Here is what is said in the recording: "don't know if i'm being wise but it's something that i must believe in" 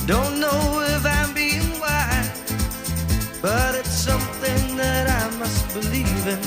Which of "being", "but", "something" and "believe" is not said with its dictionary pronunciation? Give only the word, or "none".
none